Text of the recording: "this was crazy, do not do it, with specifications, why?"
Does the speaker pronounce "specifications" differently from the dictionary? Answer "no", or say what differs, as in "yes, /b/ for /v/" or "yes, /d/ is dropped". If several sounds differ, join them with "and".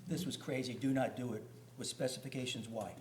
no